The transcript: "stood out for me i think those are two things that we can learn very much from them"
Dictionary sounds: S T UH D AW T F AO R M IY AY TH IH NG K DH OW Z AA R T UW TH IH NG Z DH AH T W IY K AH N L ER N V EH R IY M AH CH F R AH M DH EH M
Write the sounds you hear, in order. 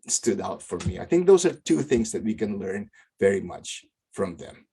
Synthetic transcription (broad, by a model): S T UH D AW T F AO R M IY AY TH IH NG K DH OW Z AA R T UW TH IH NG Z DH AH T W IY K AH N L ER N V EH R IY M AH CH F R AH M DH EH M